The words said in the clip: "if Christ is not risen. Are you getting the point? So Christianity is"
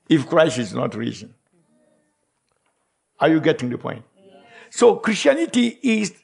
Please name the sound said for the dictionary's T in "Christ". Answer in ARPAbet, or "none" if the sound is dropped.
none